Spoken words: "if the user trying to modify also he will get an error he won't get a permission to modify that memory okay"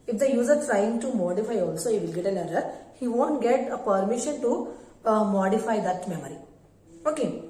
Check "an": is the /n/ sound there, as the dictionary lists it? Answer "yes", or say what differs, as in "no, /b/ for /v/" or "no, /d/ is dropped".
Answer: no, /l/ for /n/